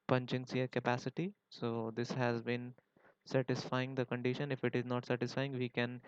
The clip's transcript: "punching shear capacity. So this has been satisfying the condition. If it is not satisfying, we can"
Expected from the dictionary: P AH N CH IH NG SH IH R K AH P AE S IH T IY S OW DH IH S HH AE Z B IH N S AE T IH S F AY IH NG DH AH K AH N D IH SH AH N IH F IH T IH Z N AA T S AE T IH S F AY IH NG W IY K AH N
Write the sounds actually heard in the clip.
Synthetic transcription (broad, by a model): P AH N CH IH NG S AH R K AH P AE S IH T IY S OW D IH S HH AE Z B IH N S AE T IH S F AY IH NG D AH K AH N D IH SH AH N IH F IH T IH Z N AA T S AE T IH S F AY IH NG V IY K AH N